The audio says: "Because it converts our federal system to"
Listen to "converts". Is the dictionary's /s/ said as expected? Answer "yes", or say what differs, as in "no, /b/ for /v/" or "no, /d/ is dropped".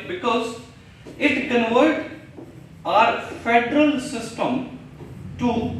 no, /s/ is dropped